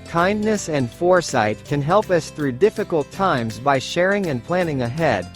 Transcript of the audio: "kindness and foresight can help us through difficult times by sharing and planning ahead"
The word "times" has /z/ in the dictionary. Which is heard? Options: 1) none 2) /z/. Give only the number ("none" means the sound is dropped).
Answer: 2